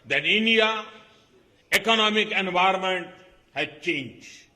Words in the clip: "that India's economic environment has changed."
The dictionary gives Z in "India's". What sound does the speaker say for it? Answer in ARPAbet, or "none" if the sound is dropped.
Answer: none